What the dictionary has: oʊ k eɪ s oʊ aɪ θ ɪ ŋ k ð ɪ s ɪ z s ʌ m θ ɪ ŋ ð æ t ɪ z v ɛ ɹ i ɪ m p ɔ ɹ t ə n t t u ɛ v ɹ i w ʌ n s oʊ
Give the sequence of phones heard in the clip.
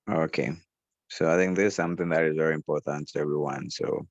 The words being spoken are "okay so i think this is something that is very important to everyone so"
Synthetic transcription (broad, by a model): oʊ k eɪ s oʊ aɪ θ ɪ ŋ k ð ɪ s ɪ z s ʌ m θ ɪ ŋ ð æ t ɪ z v ɛ ɹ i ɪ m p ɔ ɹ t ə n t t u ɛ v ɹ i w ʌ n s oʊ